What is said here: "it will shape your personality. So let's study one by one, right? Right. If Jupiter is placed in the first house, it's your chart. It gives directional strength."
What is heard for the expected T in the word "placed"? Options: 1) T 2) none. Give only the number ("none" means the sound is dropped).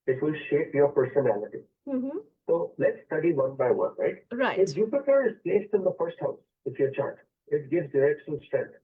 1